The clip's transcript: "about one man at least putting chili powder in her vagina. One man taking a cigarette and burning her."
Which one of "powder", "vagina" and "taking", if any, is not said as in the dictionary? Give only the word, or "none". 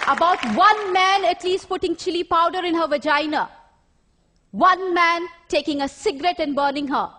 none